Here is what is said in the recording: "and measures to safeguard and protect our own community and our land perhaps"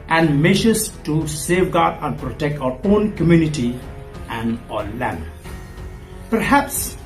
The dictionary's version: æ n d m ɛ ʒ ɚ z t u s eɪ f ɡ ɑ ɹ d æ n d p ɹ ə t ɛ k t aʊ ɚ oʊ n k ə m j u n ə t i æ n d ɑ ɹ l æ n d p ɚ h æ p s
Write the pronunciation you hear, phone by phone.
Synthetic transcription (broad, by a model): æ n d m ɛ ʃ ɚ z t u s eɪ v ɡ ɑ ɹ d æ n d p ɹ ə t ɛ k t aʊ ɚ oʊ n k ə m j u n ə t i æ n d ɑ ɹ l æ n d p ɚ h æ p s